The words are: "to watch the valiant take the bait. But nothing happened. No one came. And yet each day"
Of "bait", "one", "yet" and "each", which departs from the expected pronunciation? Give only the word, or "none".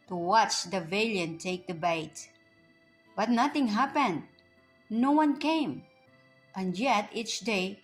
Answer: none